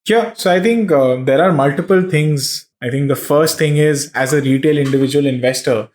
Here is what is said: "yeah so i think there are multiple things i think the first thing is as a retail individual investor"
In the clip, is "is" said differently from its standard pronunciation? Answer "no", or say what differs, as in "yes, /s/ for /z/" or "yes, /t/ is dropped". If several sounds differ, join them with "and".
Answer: no